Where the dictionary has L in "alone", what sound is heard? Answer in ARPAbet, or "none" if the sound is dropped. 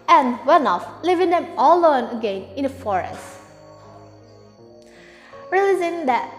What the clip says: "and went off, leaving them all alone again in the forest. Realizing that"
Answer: none